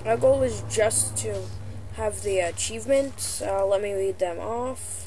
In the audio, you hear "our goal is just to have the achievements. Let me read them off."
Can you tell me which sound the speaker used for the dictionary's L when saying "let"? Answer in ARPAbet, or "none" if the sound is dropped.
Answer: L